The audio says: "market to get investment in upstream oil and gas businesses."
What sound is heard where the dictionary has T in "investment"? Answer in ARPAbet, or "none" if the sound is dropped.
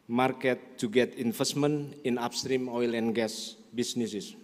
none